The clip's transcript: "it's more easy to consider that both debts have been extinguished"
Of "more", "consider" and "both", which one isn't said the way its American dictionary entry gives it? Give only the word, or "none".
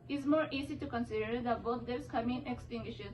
both